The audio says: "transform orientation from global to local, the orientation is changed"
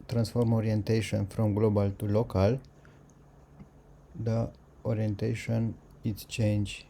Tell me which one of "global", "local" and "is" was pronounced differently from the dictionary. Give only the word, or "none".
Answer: is